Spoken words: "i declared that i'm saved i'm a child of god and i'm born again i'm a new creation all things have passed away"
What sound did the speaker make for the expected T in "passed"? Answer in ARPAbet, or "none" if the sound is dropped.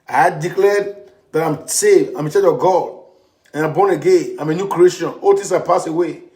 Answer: none